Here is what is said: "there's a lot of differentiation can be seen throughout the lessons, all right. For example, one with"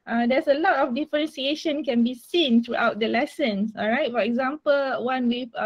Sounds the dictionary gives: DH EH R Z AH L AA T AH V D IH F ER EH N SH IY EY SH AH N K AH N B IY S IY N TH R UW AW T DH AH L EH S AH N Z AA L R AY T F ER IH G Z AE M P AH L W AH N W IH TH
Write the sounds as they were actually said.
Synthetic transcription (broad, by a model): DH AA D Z AH L AA T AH F D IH F ER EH N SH IY EY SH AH N K AH N B IY S IY N T R UW AW T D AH L EH S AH N S AA L R AY T F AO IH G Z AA M P AH L W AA N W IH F